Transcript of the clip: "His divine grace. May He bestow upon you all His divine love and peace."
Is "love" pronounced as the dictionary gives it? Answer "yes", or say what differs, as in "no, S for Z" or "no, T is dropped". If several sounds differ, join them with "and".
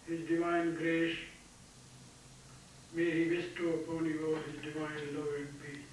no, V is dropped